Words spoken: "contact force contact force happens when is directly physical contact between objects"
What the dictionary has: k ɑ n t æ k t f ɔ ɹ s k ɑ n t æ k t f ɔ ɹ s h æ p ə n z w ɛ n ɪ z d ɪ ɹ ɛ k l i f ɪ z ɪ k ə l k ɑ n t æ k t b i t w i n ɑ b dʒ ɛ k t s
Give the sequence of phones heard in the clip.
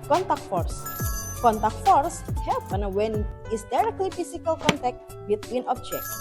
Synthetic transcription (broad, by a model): k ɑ n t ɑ k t f ɔ ɹ s k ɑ n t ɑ k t f ɔ ɹ s h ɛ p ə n w ɛ n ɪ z d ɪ ɹ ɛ k l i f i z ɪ k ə l k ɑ n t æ k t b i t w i n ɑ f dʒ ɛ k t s